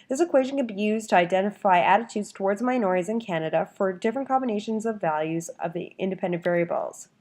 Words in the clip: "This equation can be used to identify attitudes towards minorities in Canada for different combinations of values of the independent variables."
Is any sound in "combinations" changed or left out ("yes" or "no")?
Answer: no